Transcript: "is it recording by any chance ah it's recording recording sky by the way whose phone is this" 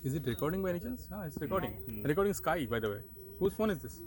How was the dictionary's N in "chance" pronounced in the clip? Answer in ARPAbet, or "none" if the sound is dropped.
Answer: L